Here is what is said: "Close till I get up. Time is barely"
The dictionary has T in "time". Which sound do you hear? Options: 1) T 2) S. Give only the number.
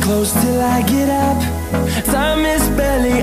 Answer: 2